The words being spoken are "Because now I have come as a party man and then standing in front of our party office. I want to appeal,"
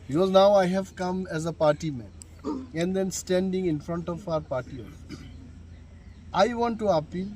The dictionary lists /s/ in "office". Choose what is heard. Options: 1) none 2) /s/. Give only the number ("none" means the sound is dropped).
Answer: 1